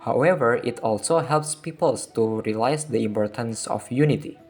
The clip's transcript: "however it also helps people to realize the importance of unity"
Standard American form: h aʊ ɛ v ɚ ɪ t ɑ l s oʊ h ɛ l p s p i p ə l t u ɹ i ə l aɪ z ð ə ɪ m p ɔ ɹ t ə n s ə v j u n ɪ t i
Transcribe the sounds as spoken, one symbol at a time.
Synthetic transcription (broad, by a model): h aʊ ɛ v ɚ ɪ t ɑ l s oʊ h ɛ l p s p i p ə l t u ɹ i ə l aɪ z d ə ɪ m p ɔ ɹ t ə n s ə f j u n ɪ t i